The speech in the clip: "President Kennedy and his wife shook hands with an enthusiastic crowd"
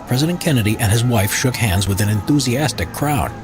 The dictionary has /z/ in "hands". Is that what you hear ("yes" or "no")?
yes